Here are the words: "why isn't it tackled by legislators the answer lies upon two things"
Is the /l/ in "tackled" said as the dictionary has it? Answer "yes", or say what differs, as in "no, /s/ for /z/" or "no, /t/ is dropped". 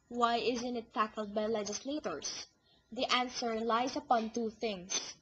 yes